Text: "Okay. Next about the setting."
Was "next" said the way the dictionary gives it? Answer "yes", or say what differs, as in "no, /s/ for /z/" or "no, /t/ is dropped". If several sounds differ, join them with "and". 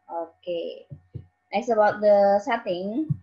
no, /k/ is dropped